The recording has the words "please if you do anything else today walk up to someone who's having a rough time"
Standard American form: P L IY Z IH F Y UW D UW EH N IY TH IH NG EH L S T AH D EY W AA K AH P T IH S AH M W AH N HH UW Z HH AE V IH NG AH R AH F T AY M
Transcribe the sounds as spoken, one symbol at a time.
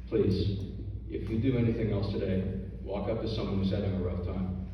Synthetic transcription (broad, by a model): P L IY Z IH F Y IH D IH EH N IY TH IH NG EH L S T AH D EY W AA K AH P T IH S AH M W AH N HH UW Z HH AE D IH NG AH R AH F T AY M